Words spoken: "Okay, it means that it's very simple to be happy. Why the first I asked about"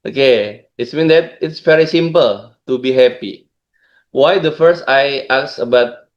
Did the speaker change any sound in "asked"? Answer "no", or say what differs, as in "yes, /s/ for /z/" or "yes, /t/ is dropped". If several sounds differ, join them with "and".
yes, /t/ is dropped